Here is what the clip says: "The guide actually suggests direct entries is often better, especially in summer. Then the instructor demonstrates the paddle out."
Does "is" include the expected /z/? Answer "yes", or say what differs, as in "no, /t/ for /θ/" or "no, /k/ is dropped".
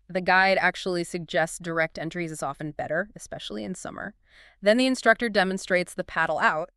yes